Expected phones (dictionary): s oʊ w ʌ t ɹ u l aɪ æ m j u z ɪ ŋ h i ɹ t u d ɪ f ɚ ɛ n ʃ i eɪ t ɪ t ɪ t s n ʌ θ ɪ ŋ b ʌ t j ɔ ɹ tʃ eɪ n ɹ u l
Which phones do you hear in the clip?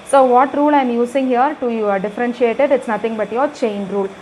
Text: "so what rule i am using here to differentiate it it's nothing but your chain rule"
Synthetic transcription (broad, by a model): s oʊ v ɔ t ɹ u l aɪ m j u s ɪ ŋ h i ɹ t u d ɪ f ɚ ɛ n ʃ i eɪ t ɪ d ɪ t s n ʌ t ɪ ŋ b ʌ t j ɔ ɹ tʃ eɪ n ɹ u l